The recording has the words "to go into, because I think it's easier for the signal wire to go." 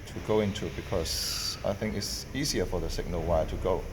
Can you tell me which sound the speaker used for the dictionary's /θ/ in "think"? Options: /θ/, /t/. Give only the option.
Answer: /θ/